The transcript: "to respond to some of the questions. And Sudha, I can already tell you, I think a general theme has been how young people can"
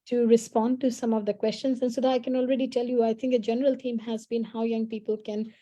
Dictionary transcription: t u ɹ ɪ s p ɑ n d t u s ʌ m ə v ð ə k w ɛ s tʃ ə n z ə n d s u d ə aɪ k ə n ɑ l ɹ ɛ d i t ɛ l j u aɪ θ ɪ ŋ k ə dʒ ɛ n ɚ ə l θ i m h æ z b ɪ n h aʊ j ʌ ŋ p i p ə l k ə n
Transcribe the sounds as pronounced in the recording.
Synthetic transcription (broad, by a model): t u ɹ ɪ s p ɑ n d t u s ʌ m ə v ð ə k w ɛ s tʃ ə n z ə n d s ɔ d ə aɪ k ə n ɑ l ɹ ɛ d i t ɛ l j u aɪ t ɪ ŋ k ə dʒ ɛ n ɚ ə l t i m h æ z b ɪ n h aʊ j ʌ ŋ p i p ə l k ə n